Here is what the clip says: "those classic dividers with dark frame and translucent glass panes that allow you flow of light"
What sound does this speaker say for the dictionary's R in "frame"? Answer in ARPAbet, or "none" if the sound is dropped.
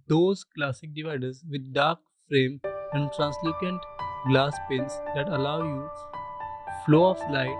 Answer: R